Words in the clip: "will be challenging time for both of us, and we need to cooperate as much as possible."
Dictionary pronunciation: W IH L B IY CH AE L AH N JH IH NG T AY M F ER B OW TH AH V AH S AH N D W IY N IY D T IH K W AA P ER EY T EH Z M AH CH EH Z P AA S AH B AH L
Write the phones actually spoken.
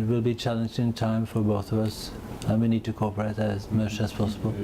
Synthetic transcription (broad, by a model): W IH L B IY CH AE L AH N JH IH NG T AY M F ER B OW TH AH V AH S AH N W IY N IY D T IH K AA P ER EY T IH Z M AH CH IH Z P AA S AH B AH L